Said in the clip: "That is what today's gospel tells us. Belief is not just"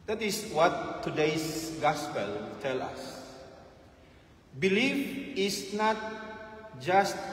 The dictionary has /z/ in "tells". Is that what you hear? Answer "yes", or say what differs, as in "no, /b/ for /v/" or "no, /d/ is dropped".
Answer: no, /z/ is dropped